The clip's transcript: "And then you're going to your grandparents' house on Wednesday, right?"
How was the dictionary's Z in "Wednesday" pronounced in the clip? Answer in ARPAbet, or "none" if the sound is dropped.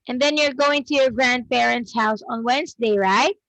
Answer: Z